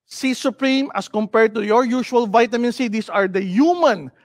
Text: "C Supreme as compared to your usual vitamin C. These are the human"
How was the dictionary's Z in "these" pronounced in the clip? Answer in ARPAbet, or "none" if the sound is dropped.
S